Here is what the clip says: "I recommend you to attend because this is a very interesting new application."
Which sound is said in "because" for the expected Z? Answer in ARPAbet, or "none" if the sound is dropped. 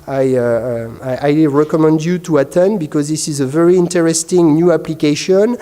Z